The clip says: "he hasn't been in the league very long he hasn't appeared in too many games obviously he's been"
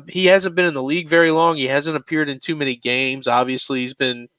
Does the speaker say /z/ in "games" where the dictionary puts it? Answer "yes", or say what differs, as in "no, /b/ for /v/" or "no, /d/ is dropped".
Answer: yes